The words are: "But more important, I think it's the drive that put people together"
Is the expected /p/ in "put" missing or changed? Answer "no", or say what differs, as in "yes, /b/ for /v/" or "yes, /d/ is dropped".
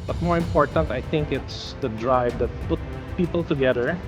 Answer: no